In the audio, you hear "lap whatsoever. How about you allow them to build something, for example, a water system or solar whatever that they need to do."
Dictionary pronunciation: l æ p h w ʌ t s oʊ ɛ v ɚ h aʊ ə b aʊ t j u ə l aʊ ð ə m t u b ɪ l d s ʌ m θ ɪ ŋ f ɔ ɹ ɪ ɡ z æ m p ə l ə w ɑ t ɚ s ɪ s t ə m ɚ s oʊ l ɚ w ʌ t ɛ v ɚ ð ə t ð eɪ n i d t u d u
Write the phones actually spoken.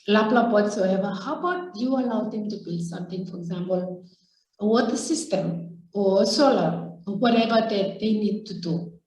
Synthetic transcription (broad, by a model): l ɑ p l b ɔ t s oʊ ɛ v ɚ h aʊ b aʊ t j u ə l aʊ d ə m t u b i l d s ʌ m t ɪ ŋ f ɔ ɹ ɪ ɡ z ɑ m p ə l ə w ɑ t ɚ s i s t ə m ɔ s oʊ l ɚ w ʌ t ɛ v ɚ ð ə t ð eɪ n i d t u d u